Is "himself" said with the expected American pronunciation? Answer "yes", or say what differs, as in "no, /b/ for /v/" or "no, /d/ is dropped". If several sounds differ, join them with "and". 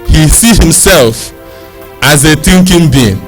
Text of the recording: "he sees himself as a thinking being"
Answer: yes